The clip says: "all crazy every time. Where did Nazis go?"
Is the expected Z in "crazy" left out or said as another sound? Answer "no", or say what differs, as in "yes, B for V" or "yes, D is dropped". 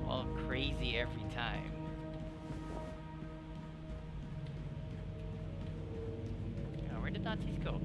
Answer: no